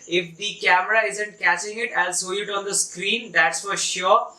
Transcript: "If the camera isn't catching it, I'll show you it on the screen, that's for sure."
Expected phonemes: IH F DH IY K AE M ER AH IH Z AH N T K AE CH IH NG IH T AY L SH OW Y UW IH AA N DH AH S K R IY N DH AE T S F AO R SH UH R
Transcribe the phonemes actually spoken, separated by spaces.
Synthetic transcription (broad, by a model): IH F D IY K AE M ER AH IH Z AH N T K AE CH IH NG IH T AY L S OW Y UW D AA N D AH S K R IY N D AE T S F AO R SH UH R